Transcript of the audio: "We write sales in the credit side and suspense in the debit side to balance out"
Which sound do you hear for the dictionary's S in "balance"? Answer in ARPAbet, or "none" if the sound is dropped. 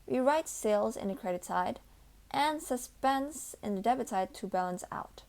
S